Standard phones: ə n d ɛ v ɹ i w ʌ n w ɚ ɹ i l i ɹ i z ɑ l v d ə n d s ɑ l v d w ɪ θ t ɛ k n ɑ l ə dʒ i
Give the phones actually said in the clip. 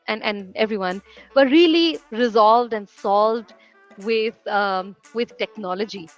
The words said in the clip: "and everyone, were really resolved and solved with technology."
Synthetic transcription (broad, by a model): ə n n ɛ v ɹ i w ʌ n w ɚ ɹ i l i ɹ i z ɑ l v d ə n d s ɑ l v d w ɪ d t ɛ k n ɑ l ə dʒ i